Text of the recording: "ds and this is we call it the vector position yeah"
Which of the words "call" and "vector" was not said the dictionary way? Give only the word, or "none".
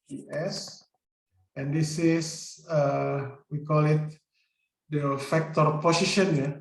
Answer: vector